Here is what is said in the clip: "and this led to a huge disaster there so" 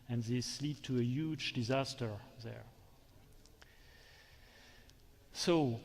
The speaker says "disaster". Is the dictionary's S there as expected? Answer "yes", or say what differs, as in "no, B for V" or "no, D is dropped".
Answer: yes